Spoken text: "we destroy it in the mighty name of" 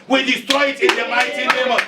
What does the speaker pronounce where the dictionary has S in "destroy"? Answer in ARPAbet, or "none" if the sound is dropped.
S